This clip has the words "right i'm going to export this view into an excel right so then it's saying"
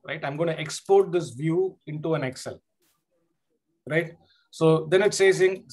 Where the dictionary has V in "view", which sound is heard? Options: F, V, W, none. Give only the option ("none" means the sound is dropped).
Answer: V